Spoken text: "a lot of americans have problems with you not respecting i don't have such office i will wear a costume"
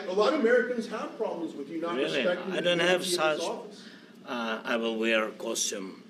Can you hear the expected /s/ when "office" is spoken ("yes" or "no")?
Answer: no